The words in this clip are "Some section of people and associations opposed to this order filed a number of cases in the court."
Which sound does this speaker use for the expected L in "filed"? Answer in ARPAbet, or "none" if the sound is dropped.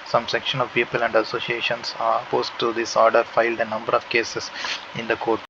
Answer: L